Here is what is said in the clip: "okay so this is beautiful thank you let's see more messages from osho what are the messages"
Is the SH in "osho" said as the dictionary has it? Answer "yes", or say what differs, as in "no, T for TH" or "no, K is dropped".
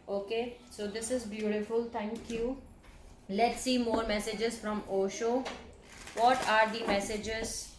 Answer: yes